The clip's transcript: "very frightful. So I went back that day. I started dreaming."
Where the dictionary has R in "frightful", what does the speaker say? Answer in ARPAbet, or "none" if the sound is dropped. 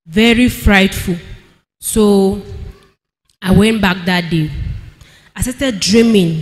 R